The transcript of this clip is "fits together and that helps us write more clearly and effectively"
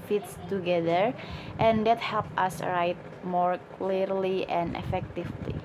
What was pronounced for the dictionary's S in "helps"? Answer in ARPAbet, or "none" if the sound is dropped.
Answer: none